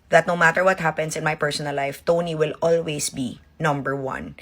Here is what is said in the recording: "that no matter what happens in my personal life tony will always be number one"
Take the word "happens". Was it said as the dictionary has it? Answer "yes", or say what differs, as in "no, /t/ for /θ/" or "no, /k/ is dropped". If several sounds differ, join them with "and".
no, /s/ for /z/